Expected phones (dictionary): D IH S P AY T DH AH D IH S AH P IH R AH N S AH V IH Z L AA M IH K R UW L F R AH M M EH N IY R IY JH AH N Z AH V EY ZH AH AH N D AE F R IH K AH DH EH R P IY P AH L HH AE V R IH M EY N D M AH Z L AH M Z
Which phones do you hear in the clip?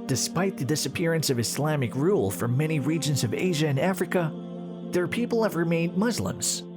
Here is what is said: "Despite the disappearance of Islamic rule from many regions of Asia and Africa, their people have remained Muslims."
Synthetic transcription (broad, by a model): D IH S P AY T DH AH D IH S AH P IH R AH N S AH V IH S L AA M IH K R UW L F R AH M M EH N IY R IY JH AH N Z AH V EY ZH AH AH N AE F R IH K AH DH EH R P IY P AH L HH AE V R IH M EY N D M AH Z L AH M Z